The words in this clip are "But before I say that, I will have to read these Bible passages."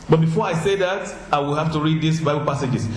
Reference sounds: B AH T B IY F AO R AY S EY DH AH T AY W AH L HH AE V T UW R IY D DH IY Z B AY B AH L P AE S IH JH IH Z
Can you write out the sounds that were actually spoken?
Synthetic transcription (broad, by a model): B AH T B IY F AO R AY S EY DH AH T AY W AH L HH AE F T UW R IY D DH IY S B AY B AH L P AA S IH JH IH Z